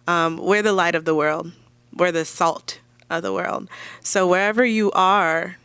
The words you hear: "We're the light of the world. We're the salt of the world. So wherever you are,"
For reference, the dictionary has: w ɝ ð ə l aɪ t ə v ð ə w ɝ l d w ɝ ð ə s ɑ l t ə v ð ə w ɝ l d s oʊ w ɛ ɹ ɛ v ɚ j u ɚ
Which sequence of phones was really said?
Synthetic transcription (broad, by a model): w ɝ ð ə l aɪ t ə v ð ə w ɝ l d w ɝ ð ə s ɑ l t ə v ð ə w ɝ l d s oʊ w ɛ ɹ ɛ v ɚ j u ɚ